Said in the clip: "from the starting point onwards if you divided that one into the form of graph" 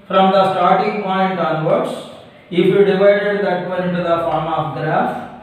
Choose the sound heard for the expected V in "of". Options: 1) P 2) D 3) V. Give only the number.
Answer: 1